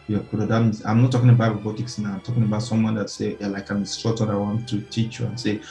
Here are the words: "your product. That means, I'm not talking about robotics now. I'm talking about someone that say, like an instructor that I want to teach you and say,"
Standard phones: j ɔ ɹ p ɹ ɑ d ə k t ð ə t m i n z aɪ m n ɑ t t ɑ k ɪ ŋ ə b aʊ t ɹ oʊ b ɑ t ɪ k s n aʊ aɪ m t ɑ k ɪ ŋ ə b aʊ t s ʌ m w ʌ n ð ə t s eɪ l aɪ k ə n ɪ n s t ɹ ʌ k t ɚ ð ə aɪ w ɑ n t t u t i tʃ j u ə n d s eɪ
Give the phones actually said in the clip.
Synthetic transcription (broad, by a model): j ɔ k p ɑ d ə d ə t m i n s aɪ m n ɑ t t ɑ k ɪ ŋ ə b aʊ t ɹ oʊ b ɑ t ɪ k s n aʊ aɪ m t ɑ k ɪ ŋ ə b aʊ t s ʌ m w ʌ n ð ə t s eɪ l aɪ k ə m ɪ s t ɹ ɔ t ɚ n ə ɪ w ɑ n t t u t i tʃ j u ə n s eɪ